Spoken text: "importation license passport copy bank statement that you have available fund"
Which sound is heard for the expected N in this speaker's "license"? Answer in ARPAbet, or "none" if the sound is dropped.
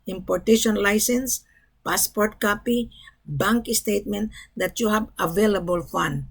N